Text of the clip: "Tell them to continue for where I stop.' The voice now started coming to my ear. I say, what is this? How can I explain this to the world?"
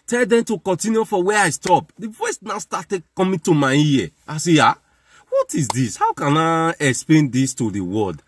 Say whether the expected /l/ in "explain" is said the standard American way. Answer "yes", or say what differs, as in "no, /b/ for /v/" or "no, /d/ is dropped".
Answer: yes